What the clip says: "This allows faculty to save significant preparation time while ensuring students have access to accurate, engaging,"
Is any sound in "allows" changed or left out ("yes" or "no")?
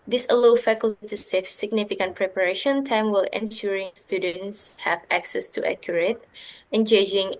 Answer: yes